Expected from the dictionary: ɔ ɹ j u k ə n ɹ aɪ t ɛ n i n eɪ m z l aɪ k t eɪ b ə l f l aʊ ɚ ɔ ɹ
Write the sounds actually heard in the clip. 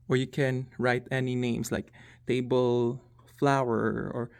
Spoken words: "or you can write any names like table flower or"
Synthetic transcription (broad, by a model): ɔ ɹ j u k ə n ɹ aɪ t ɛ n i n eɪ m s l aɪ k t eɪ b ə l f l aʊ ɚ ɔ ɹ